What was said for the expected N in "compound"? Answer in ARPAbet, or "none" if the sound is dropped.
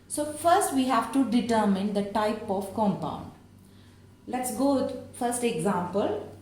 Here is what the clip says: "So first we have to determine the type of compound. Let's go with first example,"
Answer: N